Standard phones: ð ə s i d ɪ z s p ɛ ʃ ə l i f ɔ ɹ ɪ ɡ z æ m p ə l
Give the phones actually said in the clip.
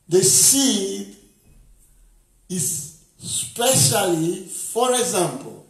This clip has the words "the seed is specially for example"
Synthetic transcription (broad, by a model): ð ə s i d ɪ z s p ɛ ʃ ə l i f ɔ ɹ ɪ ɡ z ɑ m p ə l